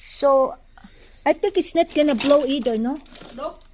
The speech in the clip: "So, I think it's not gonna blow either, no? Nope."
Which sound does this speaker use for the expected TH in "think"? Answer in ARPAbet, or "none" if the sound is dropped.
T